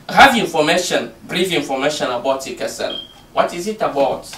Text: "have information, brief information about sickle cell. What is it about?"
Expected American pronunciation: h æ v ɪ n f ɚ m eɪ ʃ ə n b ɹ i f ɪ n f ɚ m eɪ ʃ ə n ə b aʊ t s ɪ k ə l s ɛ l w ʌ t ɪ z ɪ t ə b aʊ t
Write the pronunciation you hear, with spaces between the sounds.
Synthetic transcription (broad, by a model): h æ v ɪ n f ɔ m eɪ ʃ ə n b ɹ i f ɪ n f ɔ m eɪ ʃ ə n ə b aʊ t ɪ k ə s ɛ n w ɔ t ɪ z ɪ t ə b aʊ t